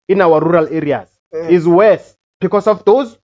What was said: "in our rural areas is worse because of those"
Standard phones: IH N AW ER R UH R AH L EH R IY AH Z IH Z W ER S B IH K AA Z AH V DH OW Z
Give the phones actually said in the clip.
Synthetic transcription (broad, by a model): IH N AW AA R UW R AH L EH R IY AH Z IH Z W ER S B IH K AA S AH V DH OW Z